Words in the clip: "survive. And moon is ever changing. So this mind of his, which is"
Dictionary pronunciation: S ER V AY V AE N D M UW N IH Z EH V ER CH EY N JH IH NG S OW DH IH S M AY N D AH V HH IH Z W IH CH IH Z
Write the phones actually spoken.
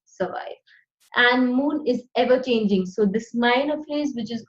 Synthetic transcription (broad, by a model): S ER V AY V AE N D M UW N IH Z EH V ER CH EY N JH IH NG S OW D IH S M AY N AH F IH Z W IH CH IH Z